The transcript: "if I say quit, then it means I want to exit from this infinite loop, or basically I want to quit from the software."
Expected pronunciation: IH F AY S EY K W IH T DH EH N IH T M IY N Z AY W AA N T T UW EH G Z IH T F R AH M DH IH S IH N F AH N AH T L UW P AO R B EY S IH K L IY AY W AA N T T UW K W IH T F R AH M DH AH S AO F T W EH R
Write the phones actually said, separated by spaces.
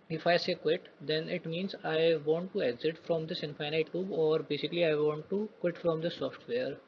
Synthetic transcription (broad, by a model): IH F AY S EY K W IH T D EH N IH T M IY N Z AY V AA N T T UW EH G Z IH T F R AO M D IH S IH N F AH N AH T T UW B AO R B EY S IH K L IY AY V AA N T T UW K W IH T F R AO M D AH S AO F T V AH R